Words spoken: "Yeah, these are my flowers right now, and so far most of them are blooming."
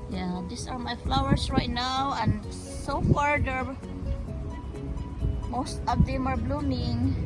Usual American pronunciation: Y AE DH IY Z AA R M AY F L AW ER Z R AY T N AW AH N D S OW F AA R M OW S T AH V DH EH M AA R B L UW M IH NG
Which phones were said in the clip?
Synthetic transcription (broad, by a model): Y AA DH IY S AA R M AY F L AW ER S R AY T N AW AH N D S OW F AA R M OW S T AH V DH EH M AA R B L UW M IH NG